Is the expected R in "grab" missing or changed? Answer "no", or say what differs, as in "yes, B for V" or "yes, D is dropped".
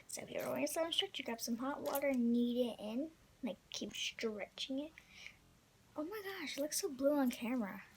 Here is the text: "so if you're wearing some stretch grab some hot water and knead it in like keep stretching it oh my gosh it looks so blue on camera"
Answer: yes, R is dropped